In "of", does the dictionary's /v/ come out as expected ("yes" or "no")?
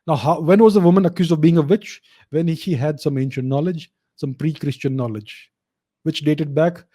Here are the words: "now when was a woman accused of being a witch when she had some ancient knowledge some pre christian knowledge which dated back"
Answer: yes